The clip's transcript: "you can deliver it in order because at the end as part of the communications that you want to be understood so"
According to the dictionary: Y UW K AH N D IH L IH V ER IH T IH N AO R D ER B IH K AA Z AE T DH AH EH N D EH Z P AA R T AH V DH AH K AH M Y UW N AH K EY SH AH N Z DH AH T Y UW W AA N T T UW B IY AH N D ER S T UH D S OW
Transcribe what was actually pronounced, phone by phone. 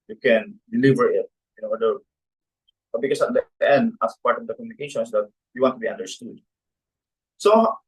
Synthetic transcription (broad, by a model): Y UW K AH N D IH L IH V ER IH T IH N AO W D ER B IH K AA S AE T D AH EH N D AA S P AA R T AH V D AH K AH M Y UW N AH K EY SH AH N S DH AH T Y UW W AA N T T UW B IY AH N D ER S T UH D S OW